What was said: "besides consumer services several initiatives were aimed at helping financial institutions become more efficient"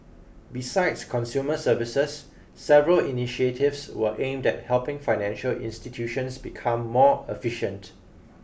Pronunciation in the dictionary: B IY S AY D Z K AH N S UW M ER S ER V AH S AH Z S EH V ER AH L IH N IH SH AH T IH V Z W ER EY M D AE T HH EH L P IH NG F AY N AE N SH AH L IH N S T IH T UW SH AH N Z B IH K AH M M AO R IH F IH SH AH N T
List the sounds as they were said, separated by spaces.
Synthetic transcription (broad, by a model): B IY S AY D S K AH N S UW M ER S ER V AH S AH S EH V ER AH L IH N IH SH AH T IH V S W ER EY M D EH T HH EH L P IH NG F AY N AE N SH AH L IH N S T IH T UW SH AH N S B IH K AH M M AO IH F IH SH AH N T